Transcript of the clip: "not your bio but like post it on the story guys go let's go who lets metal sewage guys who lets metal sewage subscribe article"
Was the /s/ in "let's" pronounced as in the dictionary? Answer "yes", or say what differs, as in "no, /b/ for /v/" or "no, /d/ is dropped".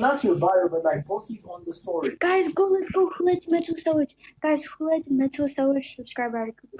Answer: no, /s/ is dropped